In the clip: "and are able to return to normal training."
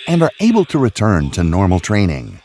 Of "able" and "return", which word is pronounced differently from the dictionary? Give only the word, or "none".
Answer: none